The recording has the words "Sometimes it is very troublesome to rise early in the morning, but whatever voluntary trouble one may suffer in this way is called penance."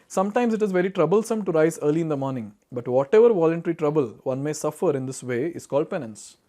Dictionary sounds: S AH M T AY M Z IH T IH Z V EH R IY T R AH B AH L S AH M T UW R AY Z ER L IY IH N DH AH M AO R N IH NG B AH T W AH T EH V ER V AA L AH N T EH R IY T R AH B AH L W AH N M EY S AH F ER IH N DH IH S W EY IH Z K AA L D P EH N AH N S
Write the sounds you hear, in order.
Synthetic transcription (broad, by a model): S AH M T AY M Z IH T IH Z V EH R IY T R AH B AH L S AH M T UW R AY Z ER L IY IH N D AH M AO R N IH NG B AH T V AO T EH V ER V AA L AH N T EH R IY T R AH B AH L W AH N M EY S AH F ER IH N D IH S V EY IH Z K AA L D P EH N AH N S